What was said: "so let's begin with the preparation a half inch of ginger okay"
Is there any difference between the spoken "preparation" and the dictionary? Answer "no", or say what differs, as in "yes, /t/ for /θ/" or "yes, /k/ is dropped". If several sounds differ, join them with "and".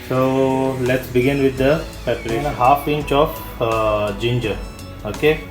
yes, /ɹ/ is dropped